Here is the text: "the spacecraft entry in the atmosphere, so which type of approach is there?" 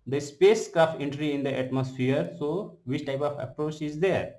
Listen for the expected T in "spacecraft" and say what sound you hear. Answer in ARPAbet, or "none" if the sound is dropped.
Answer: none